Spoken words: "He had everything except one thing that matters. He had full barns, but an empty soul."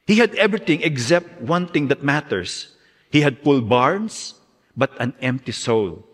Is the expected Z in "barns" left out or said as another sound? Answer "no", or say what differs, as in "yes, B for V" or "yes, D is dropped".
yes, S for Z